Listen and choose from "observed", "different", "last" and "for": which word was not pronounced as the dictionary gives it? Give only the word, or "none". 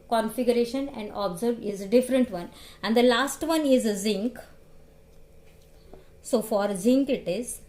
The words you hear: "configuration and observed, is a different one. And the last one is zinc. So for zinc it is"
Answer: observed